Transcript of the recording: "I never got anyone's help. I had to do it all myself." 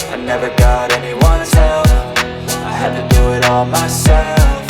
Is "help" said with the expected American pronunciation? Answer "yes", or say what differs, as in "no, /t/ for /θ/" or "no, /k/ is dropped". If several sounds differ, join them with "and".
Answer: no, /f/ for /p/